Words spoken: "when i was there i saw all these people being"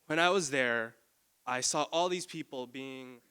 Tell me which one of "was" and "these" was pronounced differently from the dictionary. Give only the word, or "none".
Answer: none